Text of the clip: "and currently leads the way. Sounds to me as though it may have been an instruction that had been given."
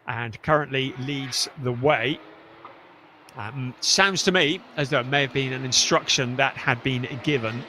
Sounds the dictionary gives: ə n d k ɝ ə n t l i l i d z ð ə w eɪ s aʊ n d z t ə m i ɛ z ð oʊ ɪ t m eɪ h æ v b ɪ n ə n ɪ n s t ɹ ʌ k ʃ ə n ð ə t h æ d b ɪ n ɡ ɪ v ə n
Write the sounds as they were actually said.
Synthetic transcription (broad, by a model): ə n k ɝ ə n t l i l i d z ð ə w eɪ s aʊ n d z t ə m i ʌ z ð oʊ ɪ t m eɪ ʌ v b ɪ n ə n ɪ n s t ɹ ʌ k ʃ ə n ð ə t h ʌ d b ɪ n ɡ ɪ v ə n